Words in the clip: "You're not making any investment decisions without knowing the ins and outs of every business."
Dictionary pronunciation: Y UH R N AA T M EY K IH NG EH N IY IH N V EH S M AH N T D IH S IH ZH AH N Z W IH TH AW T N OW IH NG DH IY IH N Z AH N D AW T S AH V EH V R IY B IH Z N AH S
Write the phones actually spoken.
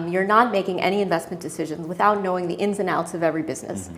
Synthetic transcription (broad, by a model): Y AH R N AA T M EY K IH NG EH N IY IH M V EH S M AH N D IH S IH ZH AH N Z W IH TH AW T N OW IH NG DH IY IH N Z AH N AW T S AH V EH V R IY B IH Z N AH S